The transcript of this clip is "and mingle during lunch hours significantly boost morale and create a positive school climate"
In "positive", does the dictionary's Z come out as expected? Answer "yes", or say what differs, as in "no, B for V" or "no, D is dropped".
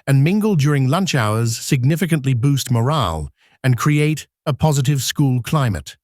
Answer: yes